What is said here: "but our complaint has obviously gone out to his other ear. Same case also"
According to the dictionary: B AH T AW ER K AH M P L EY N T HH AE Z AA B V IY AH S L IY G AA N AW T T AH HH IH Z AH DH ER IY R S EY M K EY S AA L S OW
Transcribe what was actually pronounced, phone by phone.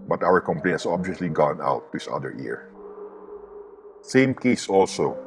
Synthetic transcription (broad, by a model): B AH T AW ER K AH M P L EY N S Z AA B V IY AH S L IY G AA N AW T T AH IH S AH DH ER IY R S EY M K EY S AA L S OW